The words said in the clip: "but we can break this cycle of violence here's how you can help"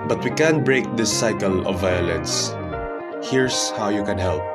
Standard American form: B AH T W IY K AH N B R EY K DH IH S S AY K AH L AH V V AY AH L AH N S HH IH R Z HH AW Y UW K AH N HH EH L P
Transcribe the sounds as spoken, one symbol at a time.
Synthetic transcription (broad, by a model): B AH T W IY K AH N B R EY K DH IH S S AY K AH L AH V V AY AH L AH N S HH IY R S HH AW Y UW K AH N HH EH L P